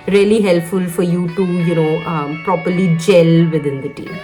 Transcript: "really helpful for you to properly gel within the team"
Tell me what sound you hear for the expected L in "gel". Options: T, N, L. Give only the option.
L